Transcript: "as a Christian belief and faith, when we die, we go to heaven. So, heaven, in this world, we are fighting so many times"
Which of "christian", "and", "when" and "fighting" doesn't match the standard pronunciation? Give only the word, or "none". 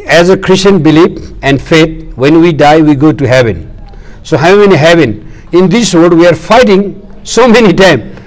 none